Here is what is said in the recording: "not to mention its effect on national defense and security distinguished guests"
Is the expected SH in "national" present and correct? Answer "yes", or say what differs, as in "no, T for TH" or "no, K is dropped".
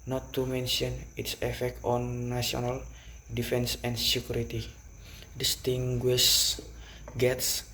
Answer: no, SH is dropped